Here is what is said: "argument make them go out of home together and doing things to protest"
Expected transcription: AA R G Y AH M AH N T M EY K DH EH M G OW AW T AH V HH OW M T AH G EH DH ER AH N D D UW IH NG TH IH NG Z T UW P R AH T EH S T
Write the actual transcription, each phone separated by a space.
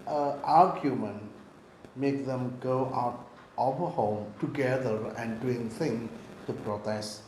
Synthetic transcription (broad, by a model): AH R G Y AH M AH N M EY K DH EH M G OW AW T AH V HH OW M T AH G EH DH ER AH N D D UW IH NG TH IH NG T UW P R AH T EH S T